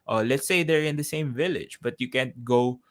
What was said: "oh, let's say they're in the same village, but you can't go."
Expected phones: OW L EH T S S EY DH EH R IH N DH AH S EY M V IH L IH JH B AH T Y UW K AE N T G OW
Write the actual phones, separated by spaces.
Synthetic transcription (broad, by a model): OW L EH T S S EY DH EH R IH N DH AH S EY M V IH L IH JH B AH T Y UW K AE N T G OW